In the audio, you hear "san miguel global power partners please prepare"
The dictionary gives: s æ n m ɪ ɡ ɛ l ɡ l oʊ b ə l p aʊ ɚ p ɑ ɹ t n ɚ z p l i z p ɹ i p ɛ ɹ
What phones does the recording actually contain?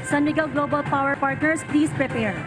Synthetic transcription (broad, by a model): s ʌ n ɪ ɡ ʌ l ɡ l oʊ b ə l p aʊ ɚ p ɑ ɹ t n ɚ s p l i s p ɹ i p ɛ ɹ